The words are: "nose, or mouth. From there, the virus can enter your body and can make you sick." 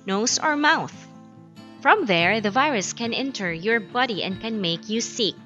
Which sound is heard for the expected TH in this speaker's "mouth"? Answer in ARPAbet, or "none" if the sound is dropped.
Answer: TH